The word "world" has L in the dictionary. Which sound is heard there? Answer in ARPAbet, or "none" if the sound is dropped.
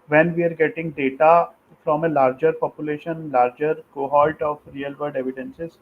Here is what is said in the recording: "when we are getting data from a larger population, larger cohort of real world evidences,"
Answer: none